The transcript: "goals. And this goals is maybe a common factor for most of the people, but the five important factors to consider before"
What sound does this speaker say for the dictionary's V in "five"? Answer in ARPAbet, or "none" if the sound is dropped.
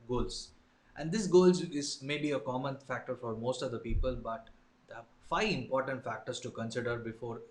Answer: none